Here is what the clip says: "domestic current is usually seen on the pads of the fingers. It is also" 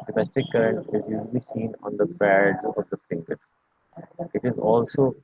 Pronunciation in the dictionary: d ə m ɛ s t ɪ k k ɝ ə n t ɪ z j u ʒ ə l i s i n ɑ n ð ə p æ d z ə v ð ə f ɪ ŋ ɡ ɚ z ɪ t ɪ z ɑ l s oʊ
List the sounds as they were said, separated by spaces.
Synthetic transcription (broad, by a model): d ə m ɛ s t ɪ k k ɝ ə n t ɪ z j u ʒ ə l i s i n ɑ n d ə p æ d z ə v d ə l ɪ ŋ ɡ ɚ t ɪ t ɪ z ɑ l s oʊ